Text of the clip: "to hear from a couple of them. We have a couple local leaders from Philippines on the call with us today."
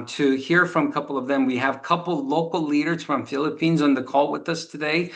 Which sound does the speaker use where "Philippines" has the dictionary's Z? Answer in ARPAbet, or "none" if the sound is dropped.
Z